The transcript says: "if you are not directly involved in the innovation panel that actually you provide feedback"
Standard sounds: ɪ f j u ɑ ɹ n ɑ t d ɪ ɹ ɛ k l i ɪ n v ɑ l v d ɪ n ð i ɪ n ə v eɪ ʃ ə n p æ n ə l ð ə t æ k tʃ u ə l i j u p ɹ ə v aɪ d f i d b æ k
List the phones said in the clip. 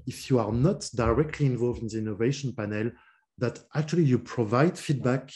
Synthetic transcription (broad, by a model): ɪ f j u ɑ ɹ n ɑ t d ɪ ɹ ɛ k l i ɪ n v ɑ l v d ɪ n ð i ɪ n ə v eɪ ʃ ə n p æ n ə l ð ə t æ k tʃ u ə l i j u p ɹ ə v aɪ d f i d b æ k